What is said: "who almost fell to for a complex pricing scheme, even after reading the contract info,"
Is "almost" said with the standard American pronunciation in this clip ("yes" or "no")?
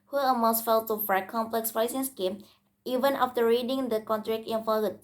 no